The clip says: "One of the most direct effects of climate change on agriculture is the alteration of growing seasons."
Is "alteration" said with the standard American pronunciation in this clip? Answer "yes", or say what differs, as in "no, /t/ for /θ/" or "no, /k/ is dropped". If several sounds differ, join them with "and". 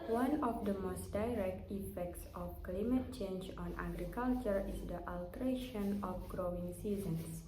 yes